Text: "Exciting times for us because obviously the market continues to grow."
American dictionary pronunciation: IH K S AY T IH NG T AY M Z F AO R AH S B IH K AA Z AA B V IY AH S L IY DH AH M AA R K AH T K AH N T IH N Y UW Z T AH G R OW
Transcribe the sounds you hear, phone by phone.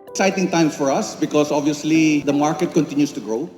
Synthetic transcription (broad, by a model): K S AY T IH NG T AY M F AO R AH S B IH K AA S AA B V IY AH S L IY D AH M AA R K AH T K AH N T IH N Y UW S T AH G R OW